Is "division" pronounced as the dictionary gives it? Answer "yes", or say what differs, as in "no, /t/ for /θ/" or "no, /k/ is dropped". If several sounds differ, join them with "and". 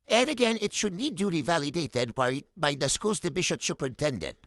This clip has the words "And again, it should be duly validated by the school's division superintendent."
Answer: no, /b/ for /v/ and /ʃ/ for /ʒ/